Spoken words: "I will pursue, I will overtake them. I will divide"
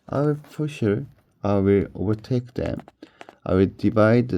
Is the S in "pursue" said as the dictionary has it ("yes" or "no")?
no